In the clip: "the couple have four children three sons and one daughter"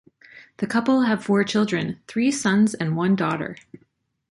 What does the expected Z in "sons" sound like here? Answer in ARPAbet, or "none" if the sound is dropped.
Z